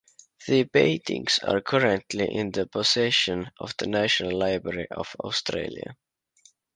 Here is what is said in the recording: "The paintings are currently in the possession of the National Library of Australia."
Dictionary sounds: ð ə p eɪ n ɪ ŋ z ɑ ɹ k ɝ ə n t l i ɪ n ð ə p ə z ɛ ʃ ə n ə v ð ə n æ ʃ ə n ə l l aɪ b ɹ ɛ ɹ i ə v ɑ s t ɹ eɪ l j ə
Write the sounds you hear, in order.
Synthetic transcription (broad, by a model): ð ə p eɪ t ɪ ŋ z ɑ ɹ k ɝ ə n t l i ɪ n ð ə p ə s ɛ ʃ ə n ə v ð ə n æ ʃ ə n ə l l aɪ b ɹ ɛ ɹ i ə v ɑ s t ɹ eɪ l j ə